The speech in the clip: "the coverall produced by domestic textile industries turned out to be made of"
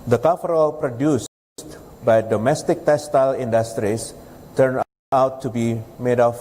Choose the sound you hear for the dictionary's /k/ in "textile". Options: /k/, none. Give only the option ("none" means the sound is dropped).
none